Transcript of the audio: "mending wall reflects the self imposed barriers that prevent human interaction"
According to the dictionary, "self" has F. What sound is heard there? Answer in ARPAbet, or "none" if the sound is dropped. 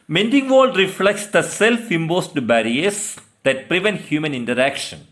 F